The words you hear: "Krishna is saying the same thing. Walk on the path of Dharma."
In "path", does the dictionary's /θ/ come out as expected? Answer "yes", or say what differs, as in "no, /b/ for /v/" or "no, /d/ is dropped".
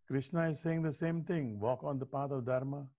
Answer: no, /t/ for /θ/